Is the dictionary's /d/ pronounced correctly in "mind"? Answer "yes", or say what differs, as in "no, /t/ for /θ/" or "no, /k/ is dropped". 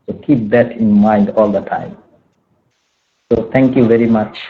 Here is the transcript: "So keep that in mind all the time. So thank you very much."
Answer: yes